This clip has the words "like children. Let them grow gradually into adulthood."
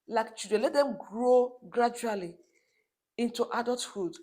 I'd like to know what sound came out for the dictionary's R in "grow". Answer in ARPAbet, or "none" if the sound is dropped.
R